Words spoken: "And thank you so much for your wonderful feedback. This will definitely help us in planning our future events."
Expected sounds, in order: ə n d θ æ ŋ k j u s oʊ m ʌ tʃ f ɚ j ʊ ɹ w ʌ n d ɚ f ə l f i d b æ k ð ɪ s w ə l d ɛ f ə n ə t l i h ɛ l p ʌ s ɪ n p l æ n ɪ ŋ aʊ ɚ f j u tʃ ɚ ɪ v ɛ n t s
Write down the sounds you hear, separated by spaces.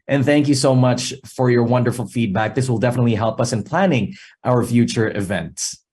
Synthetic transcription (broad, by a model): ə n θ æ ŋ k j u s oʊ m ʌ tʃ f ɚ j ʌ ɹ w ʌ n d ɚ f l f i d b æ k ð ɪ s w ə l d ɛ f ə n ə t l i h ɛ l p ʌ s ɪ n p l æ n ɪ ŋ aʊ ɚ f j u tʃ ɚ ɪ v ɛ n t s